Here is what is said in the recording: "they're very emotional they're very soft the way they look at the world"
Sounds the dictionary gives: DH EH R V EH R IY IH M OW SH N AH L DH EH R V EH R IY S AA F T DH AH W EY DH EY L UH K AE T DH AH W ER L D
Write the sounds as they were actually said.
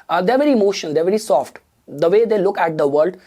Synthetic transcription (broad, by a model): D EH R V EH R IY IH M OW SH AH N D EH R V EH R IY S AA F T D AH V EY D EY L UH K AE T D AH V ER L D